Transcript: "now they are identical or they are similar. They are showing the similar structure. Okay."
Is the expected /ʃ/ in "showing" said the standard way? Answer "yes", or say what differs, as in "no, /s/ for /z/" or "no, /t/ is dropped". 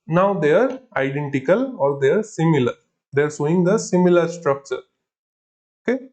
no, /s/ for /ʃ/